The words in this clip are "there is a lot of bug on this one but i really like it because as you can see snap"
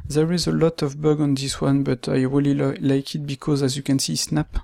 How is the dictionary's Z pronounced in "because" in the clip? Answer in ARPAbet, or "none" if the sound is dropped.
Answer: Z